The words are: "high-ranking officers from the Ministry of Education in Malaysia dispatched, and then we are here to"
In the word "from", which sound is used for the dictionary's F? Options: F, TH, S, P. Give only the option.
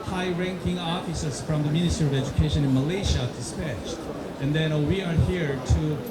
F